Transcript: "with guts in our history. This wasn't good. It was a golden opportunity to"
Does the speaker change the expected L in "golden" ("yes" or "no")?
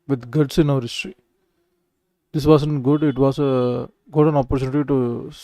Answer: yes